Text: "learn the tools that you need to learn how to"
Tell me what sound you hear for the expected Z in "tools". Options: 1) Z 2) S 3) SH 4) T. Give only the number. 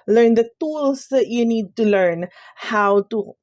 2